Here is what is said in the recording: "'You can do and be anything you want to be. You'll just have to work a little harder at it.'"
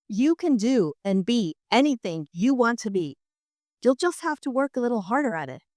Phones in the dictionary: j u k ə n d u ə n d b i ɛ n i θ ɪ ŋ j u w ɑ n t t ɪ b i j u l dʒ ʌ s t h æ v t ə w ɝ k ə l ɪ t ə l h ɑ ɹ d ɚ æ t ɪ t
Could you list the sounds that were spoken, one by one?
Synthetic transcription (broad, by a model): j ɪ k ə n d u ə n b i ɛ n i θ ɪ ŋ j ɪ w ɑ n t t ɪ b i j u l dʒ ʌ s t h æ f t ə w ɝ k ə l ɪ t l h ɑ ɹ d ɚ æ t ɪ t